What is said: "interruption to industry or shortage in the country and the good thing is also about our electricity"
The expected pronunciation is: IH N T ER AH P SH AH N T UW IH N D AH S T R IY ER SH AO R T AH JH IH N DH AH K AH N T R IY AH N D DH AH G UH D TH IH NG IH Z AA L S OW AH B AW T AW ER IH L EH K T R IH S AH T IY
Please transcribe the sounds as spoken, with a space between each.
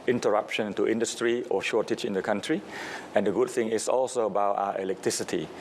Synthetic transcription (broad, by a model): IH N T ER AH P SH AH N T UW IH N D AH S T R IY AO SH AO T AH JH IH N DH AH K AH N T R IY AH N D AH G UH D TH IH NG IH S AA L S OW AH B AW T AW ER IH L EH K T R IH S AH T IY